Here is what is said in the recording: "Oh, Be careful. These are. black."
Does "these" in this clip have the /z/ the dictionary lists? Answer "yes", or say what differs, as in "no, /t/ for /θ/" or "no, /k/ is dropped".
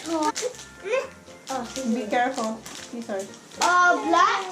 no, /s/ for /z/